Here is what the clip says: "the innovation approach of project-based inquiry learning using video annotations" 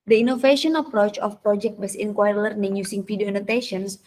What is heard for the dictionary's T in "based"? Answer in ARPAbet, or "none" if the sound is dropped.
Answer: none